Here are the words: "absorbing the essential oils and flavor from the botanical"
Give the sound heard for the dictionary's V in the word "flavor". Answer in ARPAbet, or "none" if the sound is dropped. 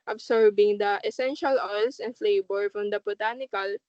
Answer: B